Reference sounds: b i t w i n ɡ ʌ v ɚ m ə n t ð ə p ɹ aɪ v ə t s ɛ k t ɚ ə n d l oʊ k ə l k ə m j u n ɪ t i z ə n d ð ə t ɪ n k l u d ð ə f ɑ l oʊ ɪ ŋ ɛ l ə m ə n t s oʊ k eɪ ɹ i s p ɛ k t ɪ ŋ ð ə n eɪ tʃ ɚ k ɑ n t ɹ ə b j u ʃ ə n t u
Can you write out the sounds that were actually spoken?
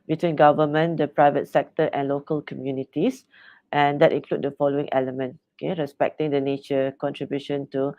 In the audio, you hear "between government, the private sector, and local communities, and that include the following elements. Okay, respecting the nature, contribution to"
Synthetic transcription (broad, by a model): b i t w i n ɡ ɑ v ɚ m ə n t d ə p ɹ aɪ v ə t s ɛ k t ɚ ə n l oʊ k ə l k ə m j u n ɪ t i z ə n d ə t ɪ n k l u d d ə f ɑ l oʊ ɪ ŋ ɛ l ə m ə n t oʊ k eɪ ɹ i s p ɛ k t ɪ ŋ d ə n eɪ tʃ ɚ k ɑ n t ɹ ə b j u ʃ ə n t u